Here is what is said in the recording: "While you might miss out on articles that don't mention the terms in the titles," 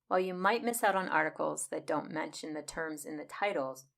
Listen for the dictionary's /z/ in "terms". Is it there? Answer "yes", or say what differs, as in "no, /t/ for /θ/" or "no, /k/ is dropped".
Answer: yes